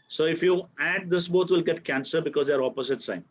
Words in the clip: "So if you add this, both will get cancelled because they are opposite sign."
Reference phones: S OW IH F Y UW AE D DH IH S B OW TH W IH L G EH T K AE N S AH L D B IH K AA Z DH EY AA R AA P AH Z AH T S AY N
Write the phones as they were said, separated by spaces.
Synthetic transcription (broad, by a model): S OW IH F Y UW AE D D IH S B OW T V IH L G EH T K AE N S AH D B IH K AA Z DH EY AA R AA P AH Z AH T S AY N